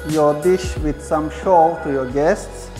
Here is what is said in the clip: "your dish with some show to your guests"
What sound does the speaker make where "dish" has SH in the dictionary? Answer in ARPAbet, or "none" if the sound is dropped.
SH